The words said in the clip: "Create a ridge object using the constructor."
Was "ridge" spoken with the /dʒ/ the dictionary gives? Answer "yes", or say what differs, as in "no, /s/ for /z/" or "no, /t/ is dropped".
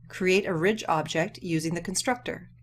yes